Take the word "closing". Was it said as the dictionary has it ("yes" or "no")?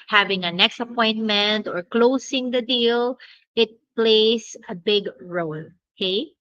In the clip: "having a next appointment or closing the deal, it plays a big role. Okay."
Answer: no